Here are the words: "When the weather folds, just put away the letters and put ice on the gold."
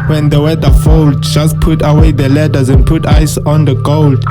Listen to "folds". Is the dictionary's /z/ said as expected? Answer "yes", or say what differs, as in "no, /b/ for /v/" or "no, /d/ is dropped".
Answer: no, /z/ is dropped